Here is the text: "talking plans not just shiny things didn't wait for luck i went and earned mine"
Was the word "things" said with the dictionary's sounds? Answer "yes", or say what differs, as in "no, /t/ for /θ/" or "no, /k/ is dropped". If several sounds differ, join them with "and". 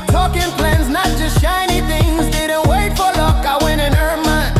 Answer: yes